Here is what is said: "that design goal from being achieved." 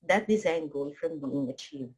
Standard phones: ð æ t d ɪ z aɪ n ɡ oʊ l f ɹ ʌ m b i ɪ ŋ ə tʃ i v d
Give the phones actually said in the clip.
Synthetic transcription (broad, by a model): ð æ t d ɪ z aɪ n ɡ oʊ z f ɹ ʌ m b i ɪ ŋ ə tʃ i v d